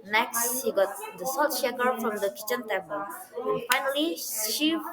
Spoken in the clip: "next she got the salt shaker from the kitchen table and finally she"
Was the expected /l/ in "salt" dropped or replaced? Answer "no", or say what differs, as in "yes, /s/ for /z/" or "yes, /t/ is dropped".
yes, /l/ is dropped